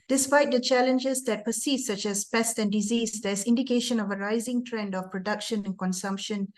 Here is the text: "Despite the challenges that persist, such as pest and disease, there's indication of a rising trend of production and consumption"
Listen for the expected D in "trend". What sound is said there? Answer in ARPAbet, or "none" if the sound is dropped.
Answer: D